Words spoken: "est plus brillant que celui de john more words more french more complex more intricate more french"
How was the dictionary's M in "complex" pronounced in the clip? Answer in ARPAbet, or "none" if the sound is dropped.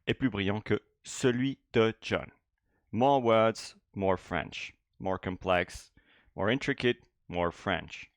none